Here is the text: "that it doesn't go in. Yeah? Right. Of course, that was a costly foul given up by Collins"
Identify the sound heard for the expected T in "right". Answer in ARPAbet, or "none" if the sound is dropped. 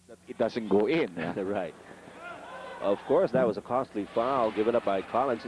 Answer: T